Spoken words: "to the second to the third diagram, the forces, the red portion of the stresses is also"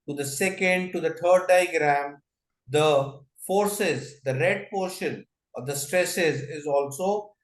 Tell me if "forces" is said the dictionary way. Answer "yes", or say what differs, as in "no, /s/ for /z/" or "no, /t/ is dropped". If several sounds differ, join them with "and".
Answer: yes